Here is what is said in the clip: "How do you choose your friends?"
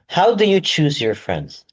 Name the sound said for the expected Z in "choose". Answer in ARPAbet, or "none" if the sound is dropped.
Z